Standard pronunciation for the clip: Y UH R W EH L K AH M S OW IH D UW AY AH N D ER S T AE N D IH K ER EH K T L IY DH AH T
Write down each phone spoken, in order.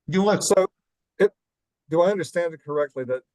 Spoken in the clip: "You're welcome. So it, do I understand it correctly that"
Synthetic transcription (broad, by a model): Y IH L AH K S OW IH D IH AY AH N D ER S T AE N D IH K ER EH K T L IY DH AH T